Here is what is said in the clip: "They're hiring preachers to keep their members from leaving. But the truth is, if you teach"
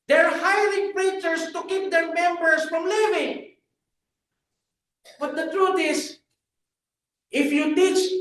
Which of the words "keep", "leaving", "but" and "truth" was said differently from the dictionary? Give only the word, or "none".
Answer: truth